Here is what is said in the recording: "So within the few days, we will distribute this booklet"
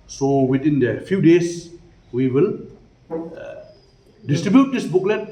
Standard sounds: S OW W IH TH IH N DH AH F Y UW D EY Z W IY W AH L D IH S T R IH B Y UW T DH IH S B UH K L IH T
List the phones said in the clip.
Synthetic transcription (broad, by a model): S OW W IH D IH N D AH F Y UW D EY S W IY W AH L D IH S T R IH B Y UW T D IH S B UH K L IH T